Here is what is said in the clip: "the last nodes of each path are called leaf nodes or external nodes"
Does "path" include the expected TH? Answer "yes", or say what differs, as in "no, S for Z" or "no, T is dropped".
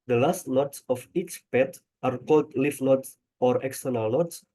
no, T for TH